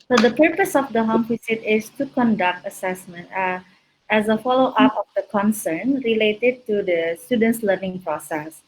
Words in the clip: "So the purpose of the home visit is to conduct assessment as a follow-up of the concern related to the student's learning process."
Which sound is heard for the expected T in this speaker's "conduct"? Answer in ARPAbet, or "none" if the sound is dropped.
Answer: T